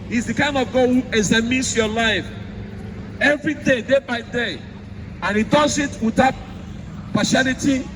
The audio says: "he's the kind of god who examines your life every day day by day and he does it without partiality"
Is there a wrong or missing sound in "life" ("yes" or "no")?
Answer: no